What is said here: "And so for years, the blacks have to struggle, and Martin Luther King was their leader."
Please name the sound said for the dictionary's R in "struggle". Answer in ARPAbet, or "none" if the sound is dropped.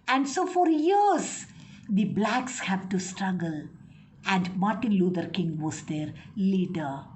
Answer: R